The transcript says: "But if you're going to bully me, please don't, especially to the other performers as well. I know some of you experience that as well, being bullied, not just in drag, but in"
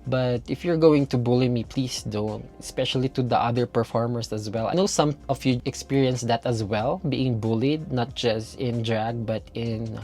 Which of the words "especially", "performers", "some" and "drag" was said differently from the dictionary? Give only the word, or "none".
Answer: performers